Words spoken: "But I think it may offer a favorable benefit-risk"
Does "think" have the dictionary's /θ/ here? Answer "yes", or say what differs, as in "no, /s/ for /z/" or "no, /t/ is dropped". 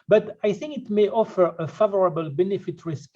yes